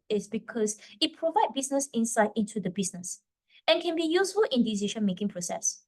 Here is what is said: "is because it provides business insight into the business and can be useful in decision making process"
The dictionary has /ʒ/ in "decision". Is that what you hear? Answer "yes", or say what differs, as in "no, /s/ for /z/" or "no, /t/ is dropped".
no, /ʃ/ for /ʒ/